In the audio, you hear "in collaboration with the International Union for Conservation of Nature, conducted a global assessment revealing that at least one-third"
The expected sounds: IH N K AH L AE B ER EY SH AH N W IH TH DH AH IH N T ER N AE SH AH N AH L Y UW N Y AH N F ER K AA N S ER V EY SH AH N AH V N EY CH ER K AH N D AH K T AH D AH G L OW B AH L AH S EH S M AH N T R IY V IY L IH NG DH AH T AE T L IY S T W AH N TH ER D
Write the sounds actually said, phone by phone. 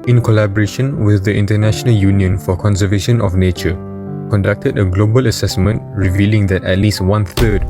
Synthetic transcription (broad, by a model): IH N K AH L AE B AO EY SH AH N W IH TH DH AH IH N T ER N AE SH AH N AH L Y UW N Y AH N F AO K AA N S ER V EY SH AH N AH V N EY CH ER K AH N D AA K T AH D AH G L OW B AH L AH S EH S M AH N T R IY V IY L IH NG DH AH T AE T L IY S T W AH N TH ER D